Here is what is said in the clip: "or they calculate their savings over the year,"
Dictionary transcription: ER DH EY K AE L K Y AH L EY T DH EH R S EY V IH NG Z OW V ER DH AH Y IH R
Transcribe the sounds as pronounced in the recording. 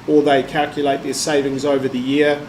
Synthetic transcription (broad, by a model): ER DH EY K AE L K Y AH L EY T DH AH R S EY V IH NG Z OW V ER DH AH Y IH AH